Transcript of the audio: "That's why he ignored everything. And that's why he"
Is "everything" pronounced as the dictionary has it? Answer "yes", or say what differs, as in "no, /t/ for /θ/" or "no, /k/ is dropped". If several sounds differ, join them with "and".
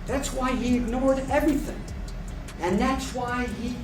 yes